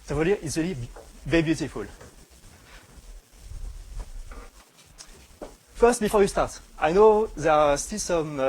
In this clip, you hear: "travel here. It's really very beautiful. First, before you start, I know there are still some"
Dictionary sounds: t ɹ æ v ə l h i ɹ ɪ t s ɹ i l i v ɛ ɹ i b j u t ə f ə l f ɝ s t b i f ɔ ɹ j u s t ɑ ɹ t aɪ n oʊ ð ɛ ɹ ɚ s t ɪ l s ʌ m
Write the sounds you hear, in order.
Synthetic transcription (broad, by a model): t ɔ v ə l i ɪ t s ɹ i l i b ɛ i b j u t ə f ə l f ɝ s t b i f ɔ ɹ j u s t ɑ ɹ t aɪ n oʊ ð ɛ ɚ s t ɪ l s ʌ m